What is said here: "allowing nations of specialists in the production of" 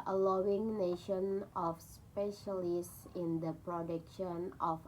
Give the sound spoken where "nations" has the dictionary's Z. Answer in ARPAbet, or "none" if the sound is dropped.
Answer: none